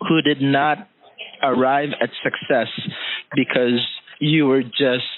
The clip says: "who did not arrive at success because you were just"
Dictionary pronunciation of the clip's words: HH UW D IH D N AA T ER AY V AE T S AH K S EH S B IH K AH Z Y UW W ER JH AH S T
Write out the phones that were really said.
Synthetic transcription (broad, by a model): HH UW D IH D N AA T ER AY V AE T S AH K S EH S B IH K AH Z Y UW W ER JH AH S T